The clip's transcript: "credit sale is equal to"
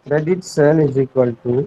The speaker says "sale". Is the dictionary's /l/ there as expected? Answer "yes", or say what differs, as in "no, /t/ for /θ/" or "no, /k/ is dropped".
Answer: no, /n/ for /l/